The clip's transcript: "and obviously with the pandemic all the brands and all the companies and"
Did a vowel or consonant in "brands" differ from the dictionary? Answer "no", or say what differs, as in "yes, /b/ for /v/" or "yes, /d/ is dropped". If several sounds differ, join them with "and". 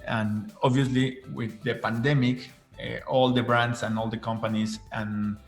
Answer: yes, /s/ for /z/